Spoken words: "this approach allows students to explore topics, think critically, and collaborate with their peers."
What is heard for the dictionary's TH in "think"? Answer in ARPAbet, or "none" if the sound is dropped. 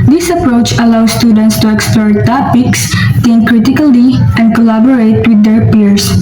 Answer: T